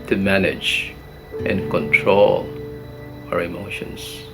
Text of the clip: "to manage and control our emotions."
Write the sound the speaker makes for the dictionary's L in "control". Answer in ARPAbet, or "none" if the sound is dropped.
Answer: L